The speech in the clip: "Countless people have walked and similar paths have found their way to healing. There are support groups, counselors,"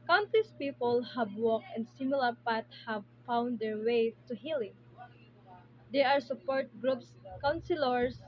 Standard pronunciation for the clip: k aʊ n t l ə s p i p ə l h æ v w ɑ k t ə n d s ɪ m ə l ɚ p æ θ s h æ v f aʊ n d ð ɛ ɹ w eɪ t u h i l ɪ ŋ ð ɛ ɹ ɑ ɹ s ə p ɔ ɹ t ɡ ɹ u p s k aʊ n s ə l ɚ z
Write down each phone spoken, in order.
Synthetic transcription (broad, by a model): k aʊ n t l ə s p i p ə l h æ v w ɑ k ə n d s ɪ m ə l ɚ p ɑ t h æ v f aʊ n d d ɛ ɹ w eɪ t u h i l ɪ ŋ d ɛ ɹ ɑ ɹ s ə p ɔ ɹ t ɡ ɹ u p s k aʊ n s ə l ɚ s